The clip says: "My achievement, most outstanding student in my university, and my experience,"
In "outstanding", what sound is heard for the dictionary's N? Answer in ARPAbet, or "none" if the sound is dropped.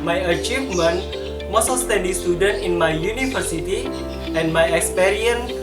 none